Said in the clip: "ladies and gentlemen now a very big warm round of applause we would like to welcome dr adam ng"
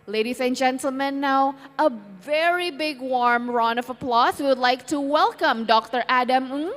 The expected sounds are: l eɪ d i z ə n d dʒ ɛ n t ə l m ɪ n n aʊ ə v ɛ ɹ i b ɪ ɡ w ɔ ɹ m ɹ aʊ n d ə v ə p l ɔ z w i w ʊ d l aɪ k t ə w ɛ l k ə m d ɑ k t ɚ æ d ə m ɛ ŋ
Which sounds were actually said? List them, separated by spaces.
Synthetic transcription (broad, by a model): l eɪ d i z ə n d dʒ ɛ n t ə l m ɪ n n aʊ ə v ɛ ɹ i b ɪ ɡ w ɔ ɹ m ɹ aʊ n ə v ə p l ɔ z w i w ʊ d l aɪ k t ə w ɛ l k ə m d ɑ k t ɚ æ d ə m